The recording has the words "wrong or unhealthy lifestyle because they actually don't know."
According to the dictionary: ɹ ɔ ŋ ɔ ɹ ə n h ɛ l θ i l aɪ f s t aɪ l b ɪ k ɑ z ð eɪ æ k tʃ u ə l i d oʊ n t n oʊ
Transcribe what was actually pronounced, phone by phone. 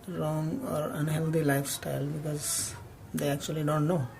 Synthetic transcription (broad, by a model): ɹ ɔ ŋ ɔ ɹ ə n h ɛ l t i l aɪ f s t aɪ l b ɪ k ɑ z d eɪ æ k tʃ u ə l i d oʊ n t n oʊ